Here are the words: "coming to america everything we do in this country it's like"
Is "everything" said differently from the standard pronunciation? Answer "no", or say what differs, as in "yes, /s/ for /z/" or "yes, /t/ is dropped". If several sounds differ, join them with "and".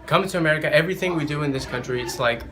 no